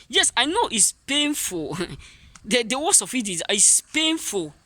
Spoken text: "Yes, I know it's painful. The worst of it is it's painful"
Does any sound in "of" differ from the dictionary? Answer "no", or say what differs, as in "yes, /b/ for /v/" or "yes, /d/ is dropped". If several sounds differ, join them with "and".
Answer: yes, /f/ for /v/